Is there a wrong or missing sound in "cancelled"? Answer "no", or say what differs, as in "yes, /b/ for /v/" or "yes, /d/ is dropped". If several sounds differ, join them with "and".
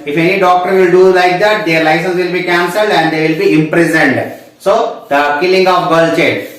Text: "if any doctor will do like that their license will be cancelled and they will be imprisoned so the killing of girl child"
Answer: no